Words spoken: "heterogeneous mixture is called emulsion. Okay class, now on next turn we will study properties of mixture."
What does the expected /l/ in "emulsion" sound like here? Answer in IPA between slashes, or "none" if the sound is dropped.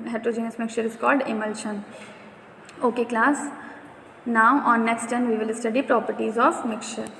/l/